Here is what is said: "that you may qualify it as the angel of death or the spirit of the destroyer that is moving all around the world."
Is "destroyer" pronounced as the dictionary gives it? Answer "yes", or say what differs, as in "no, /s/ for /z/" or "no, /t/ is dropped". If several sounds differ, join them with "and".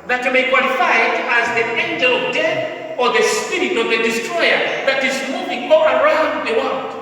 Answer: yes